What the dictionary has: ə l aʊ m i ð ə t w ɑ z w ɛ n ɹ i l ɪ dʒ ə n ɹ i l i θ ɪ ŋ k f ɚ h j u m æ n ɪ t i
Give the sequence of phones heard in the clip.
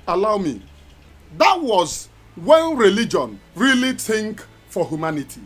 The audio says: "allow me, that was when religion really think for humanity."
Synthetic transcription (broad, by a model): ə l aʊ m i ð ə t w ɑ z w ɛ n ɹ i l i dʒ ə n ɹ i l i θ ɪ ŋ k f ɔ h j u m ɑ n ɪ t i